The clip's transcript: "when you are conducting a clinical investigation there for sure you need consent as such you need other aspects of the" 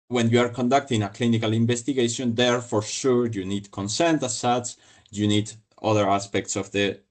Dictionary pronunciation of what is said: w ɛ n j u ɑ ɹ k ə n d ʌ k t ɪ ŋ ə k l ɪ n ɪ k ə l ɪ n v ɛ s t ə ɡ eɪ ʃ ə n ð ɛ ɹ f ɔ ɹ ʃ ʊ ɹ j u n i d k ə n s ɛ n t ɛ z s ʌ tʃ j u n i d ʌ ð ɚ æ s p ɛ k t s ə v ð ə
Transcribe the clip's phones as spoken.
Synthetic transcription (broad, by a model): w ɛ n j u ɑ ɹ k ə n d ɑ k t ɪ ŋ ə k l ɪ n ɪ k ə l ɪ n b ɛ s t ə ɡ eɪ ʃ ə n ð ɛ ɹ f ɔ ɹ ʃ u ɹ j u n i d k ə n s ɛ n t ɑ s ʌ s j u n i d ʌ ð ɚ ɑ s p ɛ k t s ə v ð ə